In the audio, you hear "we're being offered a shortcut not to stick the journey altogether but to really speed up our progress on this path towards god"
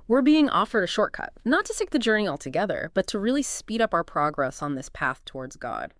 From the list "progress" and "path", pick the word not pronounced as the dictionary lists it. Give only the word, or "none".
none